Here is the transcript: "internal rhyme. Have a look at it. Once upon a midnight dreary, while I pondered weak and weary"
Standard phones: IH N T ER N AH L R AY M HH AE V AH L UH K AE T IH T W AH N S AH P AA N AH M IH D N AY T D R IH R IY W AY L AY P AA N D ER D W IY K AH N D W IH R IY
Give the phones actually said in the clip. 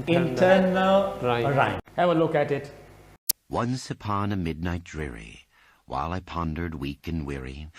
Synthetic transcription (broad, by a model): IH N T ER N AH L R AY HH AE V AH L UH K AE T IH T W AH N S AH P AA N AH M IH D N AY T D R IH R IY W AY L AY P AA N D ER D W IY K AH N W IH R IY